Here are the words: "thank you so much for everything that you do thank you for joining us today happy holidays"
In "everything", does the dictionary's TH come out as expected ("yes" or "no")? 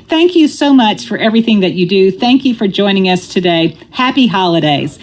yes